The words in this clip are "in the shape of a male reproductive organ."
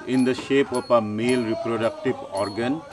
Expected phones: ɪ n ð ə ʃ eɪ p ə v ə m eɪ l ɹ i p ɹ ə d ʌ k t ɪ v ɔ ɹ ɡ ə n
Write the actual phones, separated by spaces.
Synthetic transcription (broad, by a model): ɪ n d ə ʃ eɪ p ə p ə m eɪ l ɹ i p ɹ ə d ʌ k t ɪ b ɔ ɹ ɡ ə n